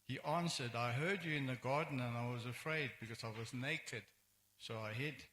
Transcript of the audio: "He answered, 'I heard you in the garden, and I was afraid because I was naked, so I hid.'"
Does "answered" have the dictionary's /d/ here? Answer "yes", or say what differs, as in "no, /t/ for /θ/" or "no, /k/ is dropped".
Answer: yes